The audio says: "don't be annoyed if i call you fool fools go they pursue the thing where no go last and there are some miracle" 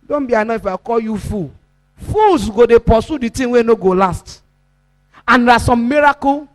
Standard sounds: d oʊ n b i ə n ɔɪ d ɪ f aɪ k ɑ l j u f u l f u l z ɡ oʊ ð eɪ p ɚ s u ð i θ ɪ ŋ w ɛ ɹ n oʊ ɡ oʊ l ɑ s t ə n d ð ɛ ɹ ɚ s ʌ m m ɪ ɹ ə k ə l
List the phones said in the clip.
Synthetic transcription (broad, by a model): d oʊ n b i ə n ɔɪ ɪ f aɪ k ɑ l j u f u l f u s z ɡ oʊ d eɪ p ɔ s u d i t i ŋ w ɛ n oʊ ɡ oʊ l ɑ s t ə n d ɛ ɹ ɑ s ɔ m m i ɹ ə k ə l